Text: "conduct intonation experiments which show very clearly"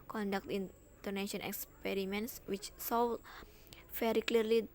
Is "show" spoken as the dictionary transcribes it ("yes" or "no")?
no